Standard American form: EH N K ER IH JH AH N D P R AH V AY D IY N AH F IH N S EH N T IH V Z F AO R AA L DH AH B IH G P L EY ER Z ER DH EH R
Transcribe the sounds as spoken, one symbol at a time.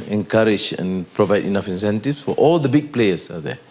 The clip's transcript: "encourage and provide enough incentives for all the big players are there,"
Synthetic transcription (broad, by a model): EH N K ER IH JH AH N P R AH V AY D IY N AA F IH N S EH N T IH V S F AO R AA L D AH B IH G P L EY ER S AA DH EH